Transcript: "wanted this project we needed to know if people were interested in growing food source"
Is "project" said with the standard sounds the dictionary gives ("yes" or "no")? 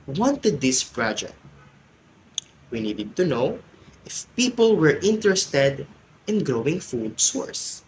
no